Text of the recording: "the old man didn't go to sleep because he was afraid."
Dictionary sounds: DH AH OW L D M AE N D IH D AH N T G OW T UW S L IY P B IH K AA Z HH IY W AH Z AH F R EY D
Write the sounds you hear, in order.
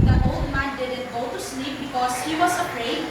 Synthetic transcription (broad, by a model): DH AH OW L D M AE N D IH D AH N T G OW T UW S L IY P B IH K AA S HH IY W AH S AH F R EY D